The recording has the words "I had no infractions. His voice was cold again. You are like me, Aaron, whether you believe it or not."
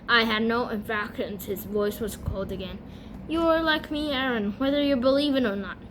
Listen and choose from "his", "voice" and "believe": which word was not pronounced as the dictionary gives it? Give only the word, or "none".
none